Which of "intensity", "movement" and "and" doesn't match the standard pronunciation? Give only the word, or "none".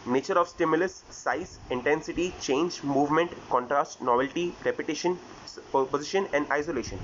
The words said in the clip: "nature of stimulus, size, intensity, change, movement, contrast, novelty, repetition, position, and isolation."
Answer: none